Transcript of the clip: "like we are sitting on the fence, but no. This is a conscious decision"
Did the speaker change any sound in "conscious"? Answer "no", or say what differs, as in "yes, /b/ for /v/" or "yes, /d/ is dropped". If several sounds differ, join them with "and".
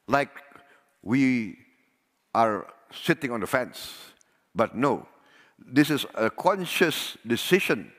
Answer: no